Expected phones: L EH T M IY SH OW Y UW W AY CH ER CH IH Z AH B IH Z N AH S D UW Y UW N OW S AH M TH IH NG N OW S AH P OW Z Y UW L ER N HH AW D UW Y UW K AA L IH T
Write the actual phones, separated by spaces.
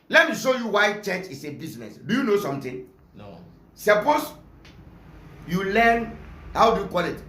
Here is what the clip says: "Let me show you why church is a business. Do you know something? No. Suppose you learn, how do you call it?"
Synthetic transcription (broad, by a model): L EH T M IY SH OW Y UW W AY CH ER CH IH S AH B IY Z N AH S D UW Y UW N OW S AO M T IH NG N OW S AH P OW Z Y UW L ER N HH AW D UW Y UW K AA L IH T